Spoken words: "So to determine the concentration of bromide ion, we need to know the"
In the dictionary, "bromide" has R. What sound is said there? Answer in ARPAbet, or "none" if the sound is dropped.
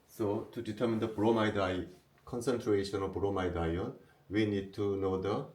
R